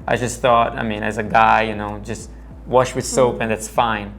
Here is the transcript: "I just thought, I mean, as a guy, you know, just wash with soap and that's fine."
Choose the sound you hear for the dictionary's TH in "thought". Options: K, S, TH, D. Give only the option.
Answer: TH